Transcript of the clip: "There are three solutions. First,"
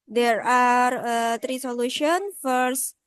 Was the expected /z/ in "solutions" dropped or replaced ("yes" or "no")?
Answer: yes